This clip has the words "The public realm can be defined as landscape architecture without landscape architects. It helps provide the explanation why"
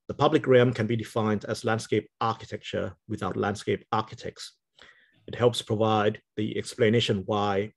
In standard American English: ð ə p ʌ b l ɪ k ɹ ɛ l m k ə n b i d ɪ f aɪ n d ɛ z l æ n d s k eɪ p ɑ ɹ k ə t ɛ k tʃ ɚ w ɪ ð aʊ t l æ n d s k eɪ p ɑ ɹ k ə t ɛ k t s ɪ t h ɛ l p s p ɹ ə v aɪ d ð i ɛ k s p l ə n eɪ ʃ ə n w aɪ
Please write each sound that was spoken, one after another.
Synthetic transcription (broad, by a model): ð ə p ʌ b l ɪ k ɹ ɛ m k ə n b i d ɪ f aɪ n d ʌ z l æ n d s k eɪ p ɑ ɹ k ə t ɛ k tʃ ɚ w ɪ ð aʊ t l æ n d s k eɪ p ɑ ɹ k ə t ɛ k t s ɪ t h ɛ l p s p ɹ ə v aɪ d ð i ɛ k s p l ə n eɪ ʃ ə n w aɪ